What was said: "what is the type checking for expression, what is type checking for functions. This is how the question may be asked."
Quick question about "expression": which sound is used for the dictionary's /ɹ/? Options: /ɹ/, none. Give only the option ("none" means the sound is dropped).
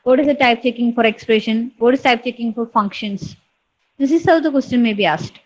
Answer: /ɹ/